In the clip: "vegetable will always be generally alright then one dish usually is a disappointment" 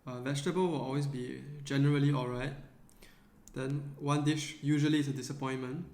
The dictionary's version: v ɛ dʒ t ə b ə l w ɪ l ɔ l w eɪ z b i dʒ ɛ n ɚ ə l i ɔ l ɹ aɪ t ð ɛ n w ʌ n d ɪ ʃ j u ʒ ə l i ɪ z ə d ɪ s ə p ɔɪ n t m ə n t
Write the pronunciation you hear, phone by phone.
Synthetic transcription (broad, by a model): v ɛ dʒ t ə b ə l w ɪ l ɔ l w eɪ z b i dʒ ɛ n ɚ ə l i ɔ l ɹ aɪ t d ɛ n w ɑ n d ɪ ʃ j u ʒ ə l i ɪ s ə d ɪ s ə p ɔɪ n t m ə n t